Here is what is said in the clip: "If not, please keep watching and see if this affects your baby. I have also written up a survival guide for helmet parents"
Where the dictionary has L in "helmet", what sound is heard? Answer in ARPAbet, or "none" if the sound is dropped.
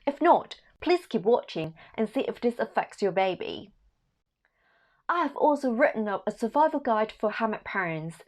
none